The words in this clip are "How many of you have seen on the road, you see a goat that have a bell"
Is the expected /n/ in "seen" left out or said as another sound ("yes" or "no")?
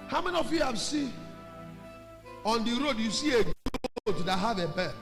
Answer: yes